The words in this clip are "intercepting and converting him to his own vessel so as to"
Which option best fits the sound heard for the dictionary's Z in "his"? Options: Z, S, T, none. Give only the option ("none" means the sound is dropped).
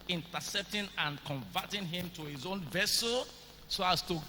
Z